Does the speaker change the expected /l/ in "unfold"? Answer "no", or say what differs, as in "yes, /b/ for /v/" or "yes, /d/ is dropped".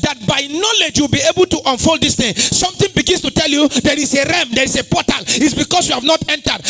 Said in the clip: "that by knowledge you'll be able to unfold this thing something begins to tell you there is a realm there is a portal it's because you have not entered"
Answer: no